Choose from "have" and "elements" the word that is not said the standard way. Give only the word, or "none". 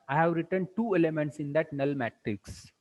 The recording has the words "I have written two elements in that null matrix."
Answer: none